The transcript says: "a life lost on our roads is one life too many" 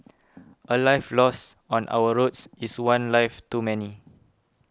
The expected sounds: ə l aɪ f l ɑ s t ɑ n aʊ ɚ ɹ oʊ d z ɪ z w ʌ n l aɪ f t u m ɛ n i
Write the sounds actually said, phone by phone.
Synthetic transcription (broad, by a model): ə l aɪ f l ɑ s ɑ n aʊ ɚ ɹ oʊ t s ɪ s w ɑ n l aɪ f t u m ɛ n i